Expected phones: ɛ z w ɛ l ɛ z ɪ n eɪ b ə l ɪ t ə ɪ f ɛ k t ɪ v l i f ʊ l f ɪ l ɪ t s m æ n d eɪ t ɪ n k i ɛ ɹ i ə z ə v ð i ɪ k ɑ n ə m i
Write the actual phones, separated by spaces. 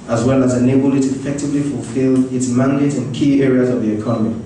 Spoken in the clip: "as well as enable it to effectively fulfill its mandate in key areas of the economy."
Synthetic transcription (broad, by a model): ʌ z w ɛ l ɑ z ɪ n eɪ b ə l ɪ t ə ɪ f ɛ k t ɪ v l i f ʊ l f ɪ l ɪ t s m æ n d eɪ t ɪ n k i ɛ ɹ i ə z ə v ð i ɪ k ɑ n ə m i